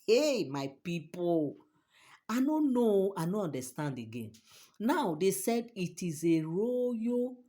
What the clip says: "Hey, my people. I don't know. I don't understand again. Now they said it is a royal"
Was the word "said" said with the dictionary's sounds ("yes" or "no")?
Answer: yes